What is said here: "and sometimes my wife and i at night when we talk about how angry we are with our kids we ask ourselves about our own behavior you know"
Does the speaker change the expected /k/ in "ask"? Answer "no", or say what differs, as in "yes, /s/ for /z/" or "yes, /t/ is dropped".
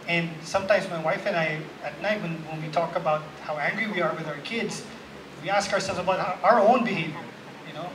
no